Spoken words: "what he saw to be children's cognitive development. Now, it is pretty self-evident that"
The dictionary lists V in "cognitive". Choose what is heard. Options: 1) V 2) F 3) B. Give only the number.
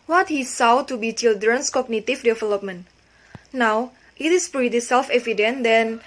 2